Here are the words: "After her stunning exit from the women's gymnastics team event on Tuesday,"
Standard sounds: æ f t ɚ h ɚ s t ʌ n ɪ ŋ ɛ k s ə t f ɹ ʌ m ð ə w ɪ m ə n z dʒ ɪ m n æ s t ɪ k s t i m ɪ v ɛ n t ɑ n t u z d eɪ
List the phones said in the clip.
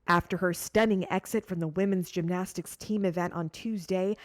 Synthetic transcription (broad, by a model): æ f t ɚ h ɚ s t ʌ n ɪ ŋ ɛ k s ə t f ɹ ʌ m ð ə w ɪ m ə n z dʒ ɪ m n æ s t ɪ k s t i m ɪ v ɛ n t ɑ n t u z d eɪ